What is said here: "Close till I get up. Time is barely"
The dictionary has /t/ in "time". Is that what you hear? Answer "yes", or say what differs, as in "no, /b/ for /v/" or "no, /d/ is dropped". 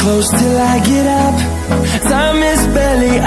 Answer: no, /s/ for /t/